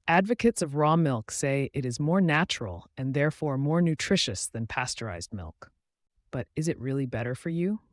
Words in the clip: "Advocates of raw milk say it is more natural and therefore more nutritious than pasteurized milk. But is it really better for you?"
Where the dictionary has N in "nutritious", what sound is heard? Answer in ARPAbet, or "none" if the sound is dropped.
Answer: N